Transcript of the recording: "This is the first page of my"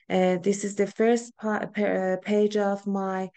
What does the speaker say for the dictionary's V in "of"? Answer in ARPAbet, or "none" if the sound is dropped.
V